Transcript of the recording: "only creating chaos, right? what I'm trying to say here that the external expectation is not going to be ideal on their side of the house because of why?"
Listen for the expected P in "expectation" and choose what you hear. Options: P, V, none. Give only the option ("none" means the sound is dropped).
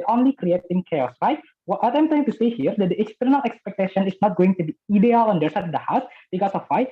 P